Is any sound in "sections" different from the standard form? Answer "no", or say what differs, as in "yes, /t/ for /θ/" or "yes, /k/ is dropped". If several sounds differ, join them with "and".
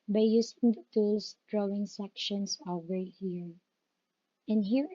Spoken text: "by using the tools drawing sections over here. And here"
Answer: yes, /s/ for /z/